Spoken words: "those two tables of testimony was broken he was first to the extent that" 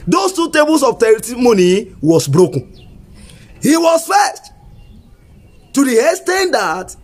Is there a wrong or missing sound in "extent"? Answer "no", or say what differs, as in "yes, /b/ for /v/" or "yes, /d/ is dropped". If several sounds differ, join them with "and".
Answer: yes, /k/ is dropped